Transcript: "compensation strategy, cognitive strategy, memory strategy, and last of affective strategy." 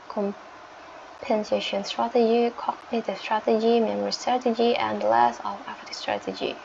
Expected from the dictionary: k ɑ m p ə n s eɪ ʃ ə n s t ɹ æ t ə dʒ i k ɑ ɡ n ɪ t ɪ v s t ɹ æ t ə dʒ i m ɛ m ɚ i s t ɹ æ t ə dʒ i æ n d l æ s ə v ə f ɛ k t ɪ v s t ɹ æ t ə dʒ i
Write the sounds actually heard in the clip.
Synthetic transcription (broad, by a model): k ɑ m p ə n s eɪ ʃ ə n s t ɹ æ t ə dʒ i k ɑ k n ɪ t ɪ s t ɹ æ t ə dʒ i m ɛ m ɚ i s t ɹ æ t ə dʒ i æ n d l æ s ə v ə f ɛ t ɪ s t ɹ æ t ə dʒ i